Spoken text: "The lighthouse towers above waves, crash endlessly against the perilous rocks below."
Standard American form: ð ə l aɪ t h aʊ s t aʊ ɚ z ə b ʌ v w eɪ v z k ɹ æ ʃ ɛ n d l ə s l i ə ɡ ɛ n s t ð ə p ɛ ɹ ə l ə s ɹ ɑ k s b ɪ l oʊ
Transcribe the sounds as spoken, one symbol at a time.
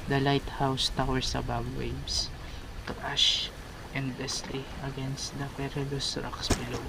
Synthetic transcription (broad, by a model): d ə l aɪ t h aʊ s t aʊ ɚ s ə b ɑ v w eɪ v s k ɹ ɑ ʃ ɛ n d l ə s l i ə ɡ ɛ n s t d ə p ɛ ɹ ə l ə s ɹ ɑ k s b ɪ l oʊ